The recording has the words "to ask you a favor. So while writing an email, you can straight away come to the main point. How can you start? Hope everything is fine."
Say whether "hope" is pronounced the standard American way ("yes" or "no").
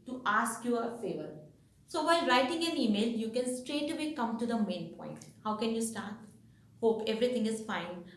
yes